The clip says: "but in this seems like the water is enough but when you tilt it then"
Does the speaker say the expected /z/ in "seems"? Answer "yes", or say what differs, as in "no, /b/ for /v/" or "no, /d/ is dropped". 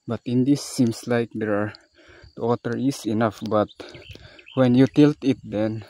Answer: no, /s/ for /z/